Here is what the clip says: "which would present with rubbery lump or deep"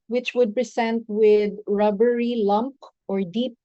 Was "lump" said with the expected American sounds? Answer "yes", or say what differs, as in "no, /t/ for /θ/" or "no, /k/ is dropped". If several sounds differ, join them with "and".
yes